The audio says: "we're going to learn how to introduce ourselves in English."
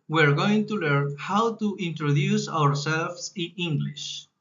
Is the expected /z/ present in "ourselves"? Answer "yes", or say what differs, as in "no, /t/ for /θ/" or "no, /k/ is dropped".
no, /s/ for /z/